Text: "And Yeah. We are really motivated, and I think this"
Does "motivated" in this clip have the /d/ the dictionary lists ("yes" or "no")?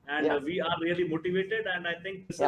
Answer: yes